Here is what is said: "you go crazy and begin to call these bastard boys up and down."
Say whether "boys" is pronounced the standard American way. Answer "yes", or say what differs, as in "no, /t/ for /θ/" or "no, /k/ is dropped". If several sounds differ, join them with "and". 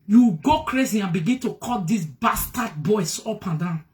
no, /s/ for /z/